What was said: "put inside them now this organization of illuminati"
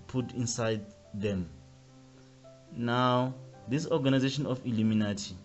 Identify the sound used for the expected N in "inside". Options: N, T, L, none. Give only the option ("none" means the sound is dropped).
N